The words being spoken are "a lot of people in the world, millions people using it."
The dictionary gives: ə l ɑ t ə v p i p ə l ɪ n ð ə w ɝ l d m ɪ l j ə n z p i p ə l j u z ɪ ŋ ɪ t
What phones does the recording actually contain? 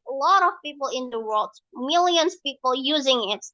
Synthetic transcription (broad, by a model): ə l ɑ t ə v p i p l ɪ n ð ə w ɝ l d m ɪ l j ə n z p i p l j u z ɪ ŋ ɪ t